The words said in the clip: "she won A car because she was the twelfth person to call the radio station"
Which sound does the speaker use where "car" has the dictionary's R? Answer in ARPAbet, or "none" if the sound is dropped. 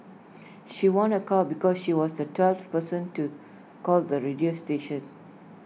L